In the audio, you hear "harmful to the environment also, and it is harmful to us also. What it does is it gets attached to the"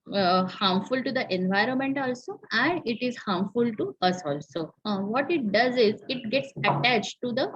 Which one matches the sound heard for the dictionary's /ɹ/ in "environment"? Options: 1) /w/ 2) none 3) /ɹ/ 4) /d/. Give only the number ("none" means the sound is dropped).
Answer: 3